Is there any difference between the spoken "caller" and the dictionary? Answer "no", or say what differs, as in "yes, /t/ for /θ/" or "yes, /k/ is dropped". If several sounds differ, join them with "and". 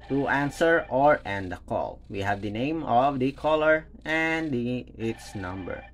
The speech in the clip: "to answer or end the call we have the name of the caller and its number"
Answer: no